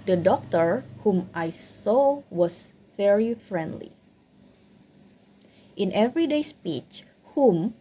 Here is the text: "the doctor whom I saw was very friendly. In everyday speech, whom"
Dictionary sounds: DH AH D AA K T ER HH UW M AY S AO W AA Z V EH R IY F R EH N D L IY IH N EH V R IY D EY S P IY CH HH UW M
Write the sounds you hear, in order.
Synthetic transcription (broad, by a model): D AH D AA K T ER HH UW M AY S AO W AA S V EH R IY F R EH N D L IY IH N EH V R IY D EY S P IY CH HH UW M